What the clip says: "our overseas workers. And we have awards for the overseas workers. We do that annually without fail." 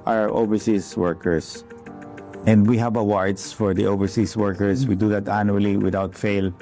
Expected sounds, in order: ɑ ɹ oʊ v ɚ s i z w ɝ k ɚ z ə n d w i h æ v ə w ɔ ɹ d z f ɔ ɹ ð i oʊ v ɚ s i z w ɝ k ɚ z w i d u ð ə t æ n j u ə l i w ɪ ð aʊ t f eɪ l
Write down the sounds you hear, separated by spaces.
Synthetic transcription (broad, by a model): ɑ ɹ oʊ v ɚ s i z w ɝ k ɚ s ə n d w i h æ v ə w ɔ ɹ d s f ɔ ɹ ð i oʊ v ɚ s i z w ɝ k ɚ s w i d u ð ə t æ n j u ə l i w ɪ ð aʊ t f eɪ l